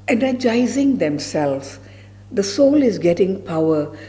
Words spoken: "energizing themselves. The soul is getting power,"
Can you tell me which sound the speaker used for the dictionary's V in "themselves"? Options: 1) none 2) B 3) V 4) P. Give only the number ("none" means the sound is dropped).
1